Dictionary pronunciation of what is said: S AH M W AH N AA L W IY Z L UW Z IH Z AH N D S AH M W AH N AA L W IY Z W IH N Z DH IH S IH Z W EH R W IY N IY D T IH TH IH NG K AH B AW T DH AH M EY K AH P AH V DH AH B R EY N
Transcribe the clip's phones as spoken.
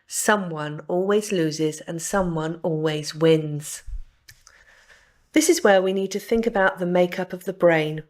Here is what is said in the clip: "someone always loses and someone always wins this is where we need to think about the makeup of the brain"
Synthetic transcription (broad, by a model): S AH M W AH N AA L W IY Z L UW Z IH Z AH N S AH M W AH N AA L W IY Z W IH N Z DH IH S IH Z W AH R W IY N IY D T IH TH IH NG K AH B AW T DH AH M EY K AH P AH V DH AH B R EY N